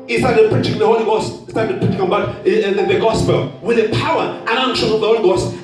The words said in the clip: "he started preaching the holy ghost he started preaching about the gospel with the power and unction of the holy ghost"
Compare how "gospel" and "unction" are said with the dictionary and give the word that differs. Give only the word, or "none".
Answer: unction